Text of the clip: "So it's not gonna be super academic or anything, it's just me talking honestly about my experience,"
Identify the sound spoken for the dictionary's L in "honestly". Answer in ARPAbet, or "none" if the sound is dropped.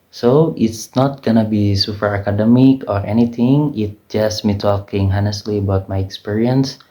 L